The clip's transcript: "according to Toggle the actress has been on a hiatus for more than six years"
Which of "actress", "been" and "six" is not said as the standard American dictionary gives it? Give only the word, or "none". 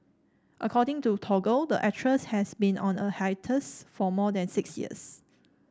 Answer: actress